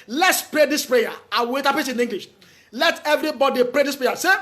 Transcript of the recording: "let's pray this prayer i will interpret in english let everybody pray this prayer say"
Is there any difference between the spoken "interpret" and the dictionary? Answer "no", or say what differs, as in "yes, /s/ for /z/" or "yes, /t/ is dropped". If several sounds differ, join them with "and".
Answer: yes, /ɹ/ is dropped